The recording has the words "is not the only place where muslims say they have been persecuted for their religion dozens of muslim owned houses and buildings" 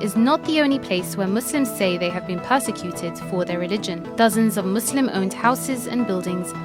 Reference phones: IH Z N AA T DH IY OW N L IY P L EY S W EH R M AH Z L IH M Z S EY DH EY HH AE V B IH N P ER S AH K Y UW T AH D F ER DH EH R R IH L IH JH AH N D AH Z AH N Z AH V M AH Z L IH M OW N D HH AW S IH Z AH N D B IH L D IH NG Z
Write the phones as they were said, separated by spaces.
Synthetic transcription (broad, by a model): IH Z N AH T DH IY OW N L IY P L EY S W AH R M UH S L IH M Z S EY DH EY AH V B IH N P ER S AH K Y UW T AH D F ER DH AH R R IH L IH JH AH N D AH Z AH N Z AH V M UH S L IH M OW N D HH AW S IH Z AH N B IH L D IH NG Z